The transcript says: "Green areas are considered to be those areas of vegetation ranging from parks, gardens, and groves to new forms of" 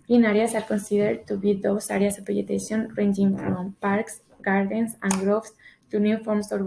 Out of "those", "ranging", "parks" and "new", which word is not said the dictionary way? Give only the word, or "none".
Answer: those